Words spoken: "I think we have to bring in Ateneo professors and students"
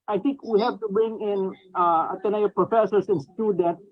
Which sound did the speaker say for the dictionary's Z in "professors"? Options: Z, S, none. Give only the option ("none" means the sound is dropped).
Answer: S